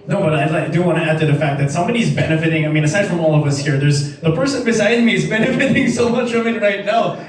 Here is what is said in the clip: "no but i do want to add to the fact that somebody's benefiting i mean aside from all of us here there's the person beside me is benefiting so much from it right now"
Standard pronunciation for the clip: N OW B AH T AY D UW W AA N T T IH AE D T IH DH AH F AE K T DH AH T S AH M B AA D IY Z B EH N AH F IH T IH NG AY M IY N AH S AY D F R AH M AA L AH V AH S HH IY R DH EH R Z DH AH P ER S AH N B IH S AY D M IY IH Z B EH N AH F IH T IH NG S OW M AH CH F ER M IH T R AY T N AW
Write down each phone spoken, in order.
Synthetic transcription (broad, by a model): N OW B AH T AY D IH W AA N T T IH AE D T IH DH AH F AE K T DH AH T S AH M B AA D IY Z B EH N AH F IH T IH NG AY M IY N AH S AY D F R AH M AA L AH V AH S HH IY R DH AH R Z DH AH P ER S AH N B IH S AY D M IY IH Z B EH N AH F IH T IH NG S OW M AH CH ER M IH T R AY T N AW